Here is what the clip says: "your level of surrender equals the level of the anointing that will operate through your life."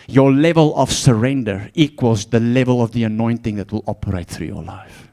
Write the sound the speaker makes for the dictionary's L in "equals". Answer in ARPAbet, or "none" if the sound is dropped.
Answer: L